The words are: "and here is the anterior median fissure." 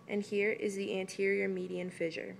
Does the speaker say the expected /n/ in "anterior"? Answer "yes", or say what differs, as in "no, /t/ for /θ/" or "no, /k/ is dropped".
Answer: yes